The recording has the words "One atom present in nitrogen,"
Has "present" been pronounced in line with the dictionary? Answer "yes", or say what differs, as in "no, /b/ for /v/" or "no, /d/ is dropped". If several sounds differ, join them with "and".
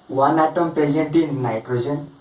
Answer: no, /ɹ/ is dropped